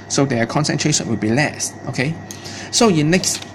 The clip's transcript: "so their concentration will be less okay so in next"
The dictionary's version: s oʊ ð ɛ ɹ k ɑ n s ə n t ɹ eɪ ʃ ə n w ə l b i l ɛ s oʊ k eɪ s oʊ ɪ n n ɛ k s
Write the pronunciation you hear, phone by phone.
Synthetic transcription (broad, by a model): s oʊ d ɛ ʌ k ɑ n s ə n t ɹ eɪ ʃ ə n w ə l b i l ɛ s oʊ k eɪ s oʊ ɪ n n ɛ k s